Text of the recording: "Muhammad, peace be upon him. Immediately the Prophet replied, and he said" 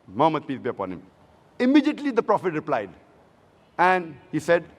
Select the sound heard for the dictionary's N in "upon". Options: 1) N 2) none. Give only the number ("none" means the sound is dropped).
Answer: 1